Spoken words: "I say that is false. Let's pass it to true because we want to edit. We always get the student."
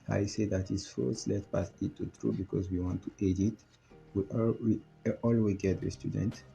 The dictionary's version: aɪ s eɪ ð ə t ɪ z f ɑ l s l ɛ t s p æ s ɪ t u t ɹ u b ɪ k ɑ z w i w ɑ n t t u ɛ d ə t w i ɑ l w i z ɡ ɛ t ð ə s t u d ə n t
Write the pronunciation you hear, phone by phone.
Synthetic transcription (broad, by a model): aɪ s eɪ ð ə t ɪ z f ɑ s l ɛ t p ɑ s ɪ t u t ɹ u b ɪ k ɑ z w i w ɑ n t t u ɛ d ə t w i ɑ l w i ɡ ɛ t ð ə s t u d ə n t